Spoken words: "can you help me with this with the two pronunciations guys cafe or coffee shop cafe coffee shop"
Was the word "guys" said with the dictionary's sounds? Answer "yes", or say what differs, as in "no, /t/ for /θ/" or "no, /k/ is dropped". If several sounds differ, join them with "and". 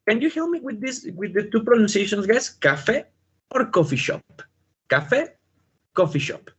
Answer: no, /s/ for /z/